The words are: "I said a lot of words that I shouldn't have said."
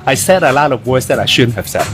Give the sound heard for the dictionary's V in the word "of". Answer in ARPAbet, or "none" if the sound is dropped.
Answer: V